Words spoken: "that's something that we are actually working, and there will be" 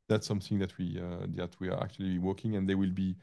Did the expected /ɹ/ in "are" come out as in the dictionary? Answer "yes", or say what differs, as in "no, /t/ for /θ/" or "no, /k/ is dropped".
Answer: no, /w/ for /ɹ/